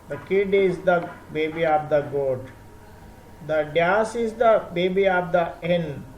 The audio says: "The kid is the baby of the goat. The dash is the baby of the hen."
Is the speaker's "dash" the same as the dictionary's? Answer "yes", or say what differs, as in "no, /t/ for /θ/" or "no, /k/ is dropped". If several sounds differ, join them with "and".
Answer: no, /s/ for /ʃ/